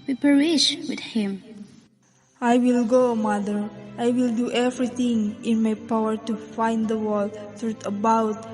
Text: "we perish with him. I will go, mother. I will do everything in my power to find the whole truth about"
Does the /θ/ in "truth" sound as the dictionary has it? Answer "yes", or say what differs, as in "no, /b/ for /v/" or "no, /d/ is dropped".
no, /t/ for /θ/